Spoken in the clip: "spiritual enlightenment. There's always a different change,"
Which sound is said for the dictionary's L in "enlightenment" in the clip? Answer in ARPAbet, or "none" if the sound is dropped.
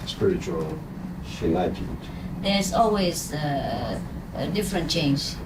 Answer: none